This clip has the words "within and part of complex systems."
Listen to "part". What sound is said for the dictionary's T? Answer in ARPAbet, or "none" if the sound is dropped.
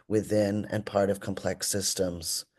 T